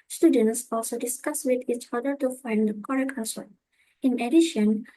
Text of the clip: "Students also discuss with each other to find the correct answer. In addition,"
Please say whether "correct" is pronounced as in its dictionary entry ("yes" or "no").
no